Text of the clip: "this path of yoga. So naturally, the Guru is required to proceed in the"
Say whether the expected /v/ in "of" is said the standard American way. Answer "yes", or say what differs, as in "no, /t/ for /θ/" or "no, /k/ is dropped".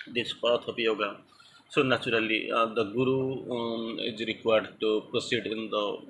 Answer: no, /p/ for /v/